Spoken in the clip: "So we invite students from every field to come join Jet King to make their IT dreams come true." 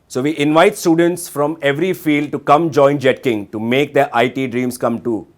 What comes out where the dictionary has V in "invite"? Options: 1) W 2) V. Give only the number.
2